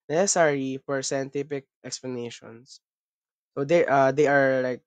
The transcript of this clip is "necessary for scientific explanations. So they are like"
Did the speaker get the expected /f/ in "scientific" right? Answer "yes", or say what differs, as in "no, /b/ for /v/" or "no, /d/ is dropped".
no, /p/ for /f/